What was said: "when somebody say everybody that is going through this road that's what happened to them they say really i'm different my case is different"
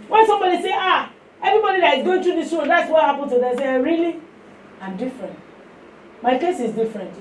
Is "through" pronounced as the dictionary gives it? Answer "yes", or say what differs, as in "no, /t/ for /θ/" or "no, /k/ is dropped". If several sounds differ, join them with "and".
no, /t/ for /θ/